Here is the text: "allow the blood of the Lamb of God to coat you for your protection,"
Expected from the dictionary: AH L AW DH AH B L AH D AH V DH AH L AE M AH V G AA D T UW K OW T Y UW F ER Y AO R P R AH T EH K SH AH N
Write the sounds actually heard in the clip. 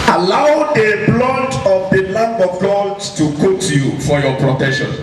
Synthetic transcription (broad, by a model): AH L AW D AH B L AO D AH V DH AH N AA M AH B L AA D T UW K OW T Y UW F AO Y AO P R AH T EH K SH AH N